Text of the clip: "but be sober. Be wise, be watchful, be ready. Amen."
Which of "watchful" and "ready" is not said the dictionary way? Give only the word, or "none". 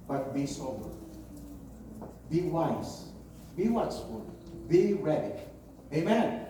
watchful